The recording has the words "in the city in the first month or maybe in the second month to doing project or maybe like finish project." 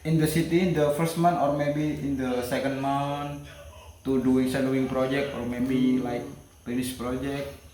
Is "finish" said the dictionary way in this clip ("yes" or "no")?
no